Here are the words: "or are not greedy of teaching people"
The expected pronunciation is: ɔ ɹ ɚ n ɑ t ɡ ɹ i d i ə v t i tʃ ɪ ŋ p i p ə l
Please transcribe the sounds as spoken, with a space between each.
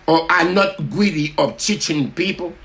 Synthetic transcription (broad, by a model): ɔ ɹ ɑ n ɑ t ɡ w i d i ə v t i tʃ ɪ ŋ p i p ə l